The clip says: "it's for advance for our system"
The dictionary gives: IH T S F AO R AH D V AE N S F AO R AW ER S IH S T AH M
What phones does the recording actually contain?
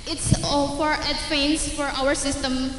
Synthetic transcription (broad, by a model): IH T S F AO R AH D F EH N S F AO R AW ER S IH S T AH M